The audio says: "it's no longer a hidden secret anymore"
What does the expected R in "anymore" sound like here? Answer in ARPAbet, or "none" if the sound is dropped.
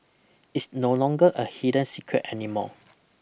L